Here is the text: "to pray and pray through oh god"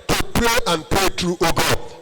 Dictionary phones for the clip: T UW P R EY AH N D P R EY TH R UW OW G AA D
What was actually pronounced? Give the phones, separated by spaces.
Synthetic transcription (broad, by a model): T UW P R EY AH N P R EY T R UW OW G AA